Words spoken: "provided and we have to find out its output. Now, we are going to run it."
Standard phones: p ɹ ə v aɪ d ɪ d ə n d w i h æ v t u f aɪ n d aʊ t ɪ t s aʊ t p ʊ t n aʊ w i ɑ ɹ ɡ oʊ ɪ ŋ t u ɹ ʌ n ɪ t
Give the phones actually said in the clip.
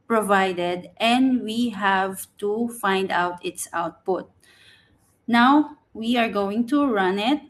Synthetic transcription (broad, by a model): p ɹ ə v aɪ d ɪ d ə n d w i h æ v t u f aɪ n d aʊ t ɪ t s aʊ t p ʊ t n aʊ w i ɑ ɹ ɡ oʊ ɪ ŋ t u ɹ ʌ n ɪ t